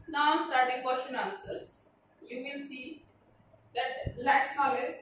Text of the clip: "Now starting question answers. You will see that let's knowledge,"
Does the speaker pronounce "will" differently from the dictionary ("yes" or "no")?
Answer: yes